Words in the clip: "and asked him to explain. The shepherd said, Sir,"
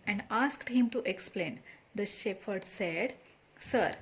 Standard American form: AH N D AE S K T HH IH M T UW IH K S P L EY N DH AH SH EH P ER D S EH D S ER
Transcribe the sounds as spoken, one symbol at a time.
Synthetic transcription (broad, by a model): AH N D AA S K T HH IH M T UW IH K S P L EY N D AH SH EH F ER D S EH D S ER